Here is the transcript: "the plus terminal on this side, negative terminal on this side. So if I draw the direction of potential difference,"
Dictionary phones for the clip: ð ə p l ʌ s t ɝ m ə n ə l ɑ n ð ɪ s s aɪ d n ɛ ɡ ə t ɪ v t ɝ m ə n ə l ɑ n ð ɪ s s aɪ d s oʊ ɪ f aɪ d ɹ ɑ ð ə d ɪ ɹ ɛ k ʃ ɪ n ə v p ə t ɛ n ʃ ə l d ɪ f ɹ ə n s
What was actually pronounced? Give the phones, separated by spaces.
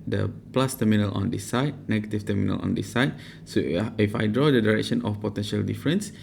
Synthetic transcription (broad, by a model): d ə p l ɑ s t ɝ m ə n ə l ɑ n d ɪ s s aɪ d n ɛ ɡ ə t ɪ f t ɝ m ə n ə l ɑ n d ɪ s s aɪ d s oʊ ɪ f aɪ d ɹ ɑ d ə d ɪ ɹ ɛ k ʃ ɪ n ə f p ə t ɛ n ʃ ə l d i f ɹ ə n s